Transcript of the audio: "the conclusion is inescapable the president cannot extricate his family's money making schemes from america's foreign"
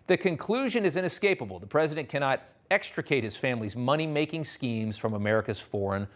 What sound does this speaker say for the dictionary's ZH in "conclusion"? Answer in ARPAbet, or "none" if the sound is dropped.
ZH